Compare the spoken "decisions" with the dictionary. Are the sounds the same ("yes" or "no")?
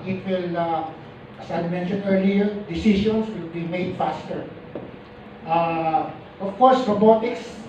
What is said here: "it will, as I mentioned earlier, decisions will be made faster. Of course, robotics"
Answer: no